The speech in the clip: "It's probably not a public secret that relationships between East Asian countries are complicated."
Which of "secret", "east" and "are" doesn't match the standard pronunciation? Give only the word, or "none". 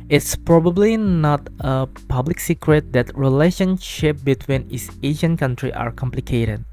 east